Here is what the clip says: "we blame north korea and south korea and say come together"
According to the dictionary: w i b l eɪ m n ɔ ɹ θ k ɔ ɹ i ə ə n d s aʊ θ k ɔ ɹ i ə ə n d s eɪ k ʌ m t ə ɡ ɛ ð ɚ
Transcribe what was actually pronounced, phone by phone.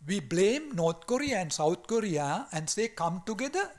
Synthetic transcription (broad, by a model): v i b l eɪ m n ɔ ɹ t k ɔ ɹ i ə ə n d s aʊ t k ɔ ɹ i ə ə n d s eɪ k ʌ m t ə ɡ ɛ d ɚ